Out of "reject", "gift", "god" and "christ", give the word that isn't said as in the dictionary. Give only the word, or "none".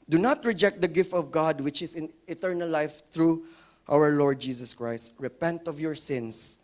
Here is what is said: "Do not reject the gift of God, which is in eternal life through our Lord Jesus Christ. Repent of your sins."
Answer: none